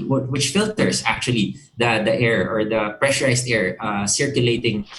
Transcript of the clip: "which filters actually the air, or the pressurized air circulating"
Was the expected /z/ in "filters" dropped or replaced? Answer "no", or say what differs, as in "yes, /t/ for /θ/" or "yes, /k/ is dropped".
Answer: yes, /s/ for /z/